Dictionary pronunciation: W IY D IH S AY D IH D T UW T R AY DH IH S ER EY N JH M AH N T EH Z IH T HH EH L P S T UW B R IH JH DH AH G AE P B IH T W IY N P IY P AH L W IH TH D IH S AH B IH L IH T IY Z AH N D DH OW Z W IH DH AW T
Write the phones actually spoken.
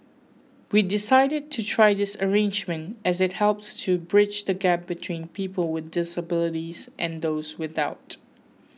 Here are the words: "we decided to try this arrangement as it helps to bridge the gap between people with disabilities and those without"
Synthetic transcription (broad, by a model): W IY D IH S AY D IH D T UW T R AY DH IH S ER EY N JH M AH N T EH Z IH T HH EH L P S T UW B R IH JH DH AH G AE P B IH T W IY N P IY P AH L W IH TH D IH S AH B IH L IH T IY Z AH N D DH OW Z W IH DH AW T